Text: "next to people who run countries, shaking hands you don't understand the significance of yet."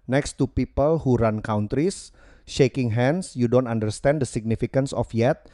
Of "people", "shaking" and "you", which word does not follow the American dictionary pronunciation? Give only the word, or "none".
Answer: none